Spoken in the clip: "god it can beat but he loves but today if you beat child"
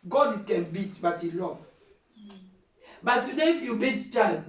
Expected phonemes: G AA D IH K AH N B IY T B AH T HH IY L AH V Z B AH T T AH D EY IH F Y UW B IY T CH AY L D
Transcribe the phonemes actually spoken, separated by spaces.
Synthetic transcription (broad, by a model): G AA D K AH N B IY T B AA T HH IY L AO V B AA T T AH D EY IH F Y UW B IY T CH AY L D